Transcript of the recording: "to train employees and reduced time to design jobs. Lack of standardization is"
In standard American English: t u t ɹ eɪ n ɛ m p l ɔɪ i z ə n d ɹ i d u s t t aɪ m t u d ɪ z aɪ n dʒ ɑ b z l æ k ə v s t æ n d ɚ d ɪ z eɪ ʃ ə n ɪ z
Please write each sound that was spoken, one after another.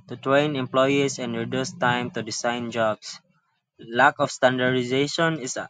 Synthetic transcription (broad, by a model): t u t ɹ eɪ n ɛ m p l ɔɪ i s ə n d ɹ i d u s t t aɪ m t u d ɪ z aɪ n dʒ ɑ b s l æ k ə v s t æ n d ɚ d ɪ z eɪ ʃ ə n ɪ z